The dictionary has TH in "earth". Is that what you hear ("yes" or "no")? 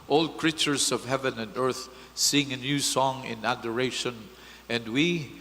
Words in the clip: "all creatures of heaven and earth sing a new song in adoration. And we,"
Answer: yes